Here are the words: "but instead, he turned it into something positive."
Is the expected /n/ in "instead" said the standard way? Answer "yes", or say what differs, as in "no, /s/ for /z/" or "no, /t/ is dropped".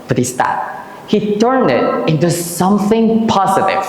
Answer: no, /n/ is dropped